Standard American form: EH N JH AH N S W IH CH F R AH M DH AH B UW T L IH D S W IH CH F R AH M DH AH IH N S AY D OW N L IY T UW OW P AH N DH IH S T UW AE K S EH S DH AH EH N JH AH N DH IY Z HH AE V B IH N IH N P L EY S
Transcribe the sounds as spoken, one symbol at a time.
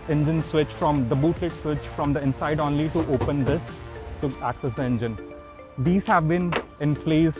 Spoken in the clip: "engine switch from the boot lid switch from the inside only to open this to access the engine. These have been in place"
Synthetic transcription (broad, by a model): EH N JH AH N S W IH CH F R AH M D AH B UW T L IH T S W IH CH F R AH M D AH IH N S AY D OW N L IY T UW OW P AH N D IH S T UW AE K S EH S EH N JH AH N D IY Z HH AE V B IH N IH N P L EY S